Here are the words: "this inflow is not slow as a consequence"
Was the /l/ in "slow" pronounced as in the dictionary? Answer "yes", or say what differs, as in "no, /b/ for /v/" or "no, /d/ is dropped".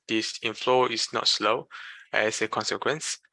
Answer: yes